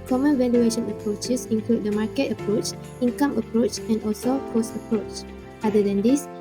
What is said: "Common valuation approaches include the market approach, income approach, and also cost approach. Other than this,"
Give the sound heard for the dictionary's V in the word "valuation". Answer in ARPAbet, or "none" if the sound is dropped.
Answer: V